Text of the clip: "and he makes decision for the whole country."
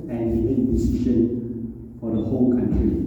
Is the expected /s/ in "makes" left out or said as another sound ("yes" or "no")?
yes